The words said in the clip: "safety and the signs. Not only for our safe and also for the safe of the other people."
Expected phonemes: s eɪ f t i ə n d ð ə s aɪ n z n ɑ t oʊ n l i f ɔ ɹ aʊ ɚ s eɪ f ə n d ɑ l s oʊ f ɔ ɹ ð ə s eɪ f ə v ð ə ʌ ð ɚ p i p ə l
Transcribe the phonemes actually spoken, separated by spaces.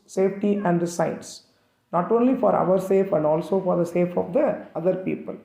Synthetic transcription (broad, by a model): s eɪ f t i ə n d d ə s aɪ n s n ɑ t oʊ n l i f ɔ ɹ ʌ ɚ s eɪ f ə n d ɑ l s oʊ f ɔ ɹ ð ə s eɪ f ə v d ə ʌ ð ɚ p i p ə l